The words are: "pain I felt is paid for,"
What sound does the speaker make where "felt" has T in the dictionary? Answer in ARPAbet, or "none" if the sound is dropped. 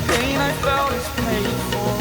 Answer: none